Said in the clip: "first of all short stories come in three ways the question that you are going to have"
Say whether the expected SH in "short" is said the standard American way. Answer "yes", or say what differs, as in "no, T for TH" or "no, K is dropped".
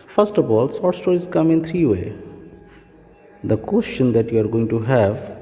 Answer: no, S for SH